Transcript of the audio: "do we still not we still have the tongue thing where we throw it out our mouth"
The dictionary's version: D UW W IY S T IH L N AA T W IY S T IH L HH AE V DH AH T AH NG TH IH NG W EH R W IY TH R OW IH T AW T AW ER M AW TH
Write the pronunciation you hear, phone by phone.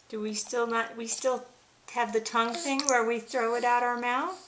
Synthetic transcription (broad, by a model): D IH W IY S T IH L N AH T W IY S T IH L HH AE V DH AH T AH NG TH IH NG W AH R W IY TH R OW IH T AW T AW ER M AW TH